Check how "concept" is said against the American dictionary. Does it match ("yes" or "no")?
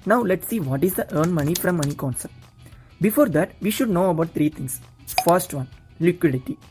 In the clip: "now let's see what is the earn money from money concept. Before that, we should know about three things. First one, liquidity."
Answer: no